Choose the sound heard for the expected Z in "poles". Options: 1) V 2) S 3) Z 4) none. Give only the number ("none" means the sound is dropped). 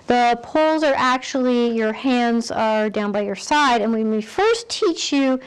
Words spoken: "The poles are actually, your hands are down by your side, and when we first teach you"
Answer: 3